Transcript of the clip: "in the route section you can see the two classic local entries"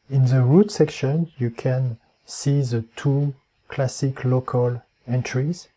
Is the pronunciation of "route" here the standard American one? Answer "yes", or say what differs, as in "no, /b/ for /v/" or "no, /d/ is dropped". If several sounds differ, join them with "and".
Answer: yes